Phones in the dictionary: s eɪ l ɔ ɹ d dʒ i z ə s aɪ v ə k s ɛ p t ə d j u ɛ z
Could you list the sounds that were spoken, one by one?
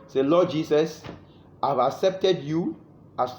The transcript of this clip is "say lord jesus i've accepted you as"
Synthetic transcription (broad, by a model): s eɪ l ɔ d dʒ i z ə s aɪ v ə k s ɛ p t ə d j u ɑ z